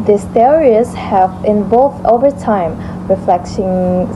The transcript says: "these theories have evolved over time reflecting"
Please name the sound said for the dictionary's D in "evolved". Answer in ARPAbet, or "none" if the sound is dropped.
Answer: none